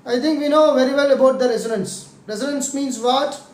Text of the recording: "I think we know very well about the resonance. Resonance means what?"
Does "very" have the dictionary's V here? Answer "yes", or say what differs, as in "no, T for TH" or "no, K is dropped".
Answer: yes